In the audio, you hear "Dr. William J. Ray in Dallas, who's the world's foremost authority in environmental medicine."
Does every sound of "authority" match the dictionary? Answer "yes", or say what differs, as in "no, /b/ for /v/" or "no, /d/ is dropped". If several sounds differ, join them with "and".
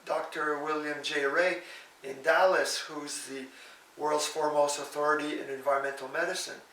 yes